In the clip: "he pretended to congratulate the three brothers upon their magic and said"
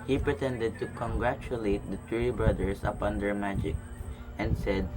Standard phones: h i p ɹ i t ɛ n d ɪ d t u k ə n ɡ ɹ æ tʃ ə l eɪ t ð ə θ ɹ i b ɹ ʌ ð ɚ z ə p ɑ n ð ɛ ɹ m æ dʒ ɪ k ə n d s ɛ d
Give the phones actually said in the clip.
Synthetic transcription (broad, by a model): h i p ɹ i t ɛ n d ɪ d t u k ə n ɡ ɹ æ tʃ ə l eɪ t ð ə t ɹ i b ɹ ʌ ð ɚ s ə p ɑ n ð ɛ ɹ m æ dʒ ɪ k ə n d s ɛ d